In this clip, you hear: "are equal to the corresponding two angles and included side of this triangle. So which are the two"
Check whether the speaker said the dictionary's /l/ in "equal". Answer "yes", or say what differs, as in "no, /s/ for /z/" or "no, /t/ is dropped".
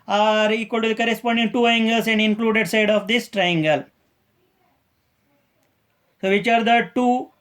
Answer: yes